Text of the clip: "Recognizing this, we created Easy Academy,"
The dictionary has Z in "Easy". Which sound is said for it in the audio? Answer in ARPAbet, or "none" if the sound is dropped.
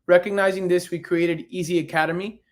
Z